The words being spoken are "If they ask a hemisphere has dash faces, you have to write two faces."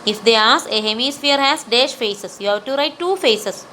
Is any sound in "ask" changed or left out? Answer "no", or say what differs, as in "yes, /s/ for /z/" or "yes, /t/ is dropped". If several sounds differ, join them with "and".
yes, /k/ is dropped